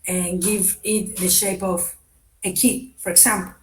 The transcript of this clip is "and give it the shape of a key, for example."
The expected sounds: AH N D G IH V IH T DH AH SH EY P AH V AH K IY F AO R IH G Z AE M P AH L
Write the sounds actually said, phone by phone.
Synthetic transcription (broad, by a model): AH N G IH V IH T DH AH SH EY P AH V AH K IY F AO R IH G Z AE M P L